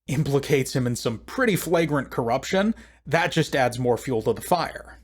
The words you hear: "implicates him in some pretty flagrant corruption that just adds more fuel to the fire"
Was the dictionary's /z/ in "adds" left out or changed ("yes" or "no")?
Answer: no